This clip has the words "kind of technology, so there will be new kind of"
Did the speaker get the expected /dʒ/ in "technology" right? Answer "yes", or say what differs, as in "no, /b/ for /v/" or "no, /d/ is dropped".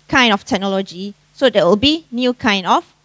yes